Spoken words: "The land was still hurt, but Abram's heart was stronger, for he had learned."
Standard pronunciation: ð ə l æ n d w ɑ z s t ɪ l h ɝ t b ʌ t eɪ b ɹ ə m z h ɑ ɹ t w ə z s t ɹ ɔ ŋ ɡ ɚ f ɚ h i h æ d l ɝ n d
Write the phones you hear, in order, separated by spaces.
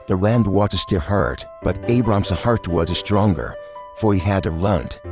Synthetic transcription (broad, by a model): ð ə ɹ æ n d w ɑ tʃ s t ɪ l h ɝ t b ʌ t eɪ b ɹ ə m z h ɑ ɹ t w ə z s t ɹ ɔ ŋ ɡ ɚ f ɚ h i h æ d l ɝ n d